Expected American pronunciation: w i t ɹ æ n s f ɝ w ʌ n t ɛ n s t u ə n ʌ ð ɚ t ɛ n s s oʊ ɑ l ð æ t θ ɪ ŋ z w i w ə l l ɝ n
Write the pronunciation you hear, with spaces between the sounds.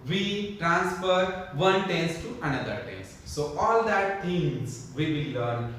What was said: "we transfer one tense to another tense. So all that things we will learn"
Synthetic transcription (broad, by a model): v i t ɹ æ n s f ɝ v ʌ n t ɛ n s t u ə n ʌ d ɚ t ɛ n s s oʊ ɑ l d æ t t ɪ ŋ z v i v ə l l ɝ n